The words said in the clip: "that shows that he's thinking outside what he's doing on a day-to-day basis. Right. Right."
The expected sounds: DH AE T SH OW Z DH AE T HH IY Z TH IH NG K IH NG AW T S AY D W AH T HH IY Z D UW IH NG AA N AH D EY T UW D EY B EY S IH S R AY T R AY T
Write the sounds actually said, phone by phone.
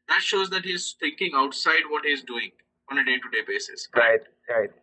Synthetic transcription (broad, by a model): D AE T SH OW Z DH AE T HH IY Z T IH NG K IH NG AW T S AY D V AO T HH IY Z D UW IH NG AA N AH D EY T UW D EY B EY S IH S R AY T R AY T